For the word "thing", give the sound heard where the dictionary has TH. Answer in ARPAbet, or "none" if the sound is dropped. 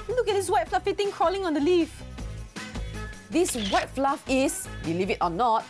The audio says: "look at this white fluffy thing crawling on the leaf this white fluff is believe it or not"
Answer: T